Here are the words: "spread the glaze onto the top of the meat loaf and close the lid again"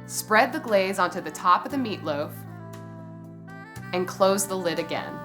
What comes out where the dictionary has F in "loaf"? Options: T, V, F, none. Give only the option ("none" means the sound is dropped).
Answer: F